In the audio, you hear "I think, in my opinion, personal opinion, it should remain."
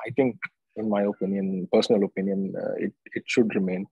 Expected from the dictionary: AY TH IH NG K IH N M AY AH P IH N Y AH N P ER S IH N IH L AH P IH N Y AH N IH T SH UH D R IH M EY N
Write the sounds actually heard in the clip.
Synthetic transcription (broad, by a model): AY T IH NG K IH N M AY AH P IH N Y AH N P ER S IH N IH L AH P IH N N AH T IH T SH UH D R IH M EY N